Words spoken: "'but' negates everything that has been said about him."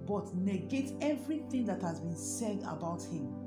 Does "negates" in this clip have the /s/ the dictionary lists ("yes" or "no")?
no